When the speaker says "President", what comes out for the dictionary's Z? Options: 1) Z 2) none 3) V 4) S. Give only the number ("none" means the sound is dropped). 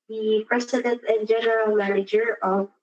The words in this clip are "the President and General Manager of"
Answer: 4